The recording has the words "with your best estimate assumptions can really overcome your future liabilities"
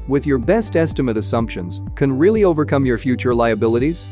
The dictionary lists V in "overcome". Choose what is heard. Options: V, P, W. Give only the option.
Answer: V